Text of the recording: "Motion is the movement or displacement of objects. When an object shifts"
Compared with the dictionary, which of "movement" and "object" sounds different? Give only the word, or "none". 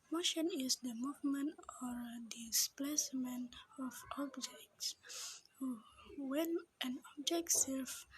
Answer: none